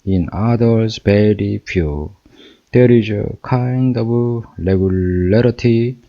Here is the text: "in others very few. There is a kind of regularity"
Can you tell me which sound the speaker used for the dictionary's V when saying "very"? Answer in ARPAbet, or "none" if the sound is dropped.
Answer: B